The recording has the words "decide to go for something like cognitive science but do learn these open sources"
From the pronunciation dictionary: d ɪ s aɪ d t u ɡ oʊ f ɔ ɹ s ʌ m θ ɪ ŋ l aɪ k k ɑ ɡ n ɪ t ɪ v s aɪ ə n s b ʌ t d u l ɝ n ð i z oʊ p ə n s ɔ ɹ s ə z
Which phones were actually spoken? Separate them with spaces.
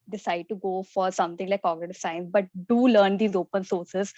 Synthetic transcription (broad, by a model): d ɪ s aɪ d t u ɡ oʊ f ɔ ɹ s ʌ m t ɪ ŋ l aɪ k k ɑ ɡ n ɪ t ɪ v s aɪ ə n s b ʌ t d u l ɝ n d i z oʊ p ə n s ɔ ɹ s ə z